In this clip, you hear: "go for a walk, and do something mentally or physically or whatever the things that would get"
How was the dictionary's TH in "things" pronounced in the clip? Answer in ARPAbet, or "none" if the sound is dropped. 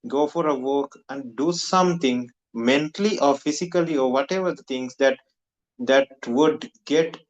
T